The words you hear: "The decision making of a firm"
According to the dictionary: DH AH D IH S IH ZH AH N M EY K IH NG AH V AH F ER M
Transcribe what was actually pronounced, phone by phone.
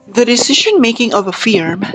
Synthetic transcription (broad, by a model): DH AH D IH S IH ZH AH N M EY K IH NG AH V AH F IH M